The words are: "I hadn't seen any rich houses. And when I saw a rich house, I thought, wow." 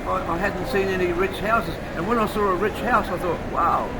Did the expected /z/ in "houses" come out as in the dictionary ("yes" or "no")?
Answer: yes